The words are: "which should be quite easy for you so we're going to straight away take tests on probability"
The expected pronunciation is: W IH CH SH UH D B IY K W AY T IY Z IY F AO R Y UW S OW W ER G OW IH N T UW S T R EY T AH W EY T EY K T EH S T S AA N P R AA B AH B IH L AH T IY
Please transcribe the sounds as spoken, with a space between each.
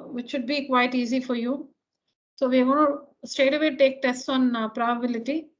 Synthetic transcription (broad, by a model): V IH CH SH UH D B IY K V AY T IY Z IY F AO R Y UW S OW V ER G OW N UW S T EY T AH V EY T EY K T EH S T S AA N P R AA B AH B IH L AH T IY